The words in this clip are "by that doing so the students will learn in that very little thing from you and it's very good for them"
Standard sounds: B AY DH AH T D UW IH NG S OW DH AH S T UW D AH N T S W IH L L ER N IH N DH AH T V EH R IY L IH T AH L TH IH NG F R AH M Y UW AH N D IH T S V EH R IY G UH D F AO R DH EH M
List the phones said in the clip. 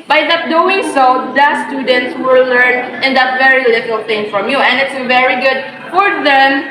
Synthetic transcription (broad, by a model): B AY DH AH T D UW IH NG S OW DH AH S T UW D AH N T S W IH L L ER N IH N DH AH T V EH R IY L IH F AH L T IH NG F R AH M Y UW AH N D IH T S V EH R IY G UH D F AO R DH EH M